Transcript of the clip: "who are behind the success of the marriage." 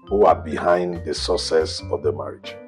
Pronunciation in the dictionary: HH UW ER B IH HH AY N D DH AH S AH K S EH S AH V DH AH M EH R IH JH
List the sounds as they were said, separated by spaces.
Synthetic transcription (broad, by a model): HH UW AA B IH HH AY N D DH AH S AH S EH S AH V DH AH M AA R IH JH